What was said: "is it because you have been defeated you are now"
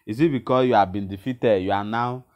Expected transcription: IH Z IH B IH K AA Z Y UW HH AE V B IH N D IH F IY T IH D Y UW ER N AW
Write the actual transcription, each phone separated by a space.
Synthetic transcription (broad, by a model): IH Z IH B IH K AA Y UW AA B IH N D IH F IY T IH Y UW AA N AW